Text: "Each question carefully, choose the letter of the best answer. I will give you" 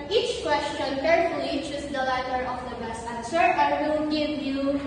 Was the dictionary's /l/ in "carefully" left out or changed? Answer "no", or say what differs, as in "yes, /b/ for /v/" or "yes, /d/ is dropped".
yes, /l/ is dropped